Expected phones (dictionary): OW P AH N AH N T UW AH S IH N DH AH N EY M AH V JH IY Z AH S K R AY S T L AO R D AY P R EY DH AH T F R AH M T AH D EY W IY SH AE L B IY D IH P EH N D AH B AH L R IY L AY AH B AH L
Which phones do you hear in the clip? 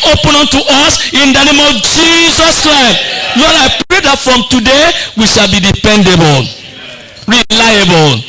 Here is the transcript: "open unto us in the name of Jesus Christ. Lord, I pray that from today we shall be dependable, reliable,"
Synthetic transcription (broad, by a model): OW P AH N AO N T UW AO S IH N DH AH N EY M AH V JH IY Z AH S K R AY S T N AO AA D AY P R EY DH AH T F R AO M T AH D EY W IY SH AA L B IY D IH P EH N D AH B AH L R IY L AY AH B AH L